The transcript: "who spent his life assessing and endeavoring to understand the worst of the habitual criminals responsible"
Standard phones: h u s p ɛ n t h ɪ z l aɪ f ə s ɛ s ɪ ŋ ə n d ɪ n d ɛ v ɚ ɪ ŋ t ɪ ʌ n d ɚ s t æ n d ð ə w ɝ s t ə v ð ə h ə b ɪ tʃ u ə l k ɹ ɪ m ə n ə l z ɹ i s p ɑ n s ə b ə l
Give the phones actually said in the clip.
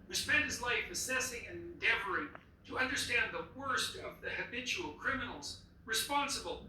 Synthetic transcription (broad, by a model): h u s p ɛ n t h ɪ z l aɪ f ə s ɛ s ɪ ŋ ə n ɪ n d ɛ v ɚ ɪ ŋ t ɪ ʌ n d ɚ s t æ n ð ə w ɝ s t ə v ð ə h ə b ɪ tʃ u l k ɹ ɪ m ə n l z ɹ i s p ɑ n s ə b l